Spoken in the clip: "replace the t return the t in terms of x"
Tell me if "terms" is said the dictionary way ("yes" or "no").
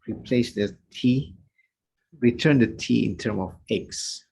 no